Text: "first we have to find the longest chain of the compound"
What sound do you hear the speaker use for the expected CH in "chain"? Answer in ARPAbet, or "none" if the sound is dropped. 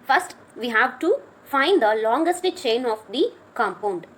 CH